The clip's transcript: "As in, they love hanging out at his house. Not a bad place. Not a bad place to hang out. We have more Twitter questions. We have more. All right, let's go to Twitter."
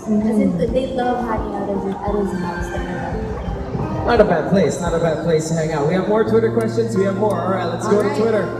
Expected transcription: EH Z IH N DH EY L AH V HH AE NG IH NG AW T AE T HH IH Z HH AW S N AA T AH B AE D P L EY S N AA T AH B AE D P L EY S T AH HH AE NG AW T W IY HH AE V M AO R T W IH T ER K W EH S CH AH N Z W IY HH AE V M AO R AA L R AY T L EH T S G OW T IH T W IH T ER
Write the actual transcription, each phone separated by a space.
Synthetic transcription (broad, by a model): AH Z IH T DH EY L AH V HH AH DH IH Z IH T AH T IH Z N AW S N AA T AH B AE D P L EY S N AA T AH B AE D P L EY S T AH HH AE NG AW T W IY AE V M AO R T W IH T ER K W EH S CH AH N Z W IY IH V M AO R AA R AY T L EH T S G OW T IH T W IH T ER